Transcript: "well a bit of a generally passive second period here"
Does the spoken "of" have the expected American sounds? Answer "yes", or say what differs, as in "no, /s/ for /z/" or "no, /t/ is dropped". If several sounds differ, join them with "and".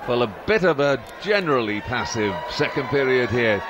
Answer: yes